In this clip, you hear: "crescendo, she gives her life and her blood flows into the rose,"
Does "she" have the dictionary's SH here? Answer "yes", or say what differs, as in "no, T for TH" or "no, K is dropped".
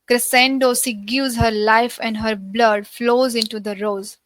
no, S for SH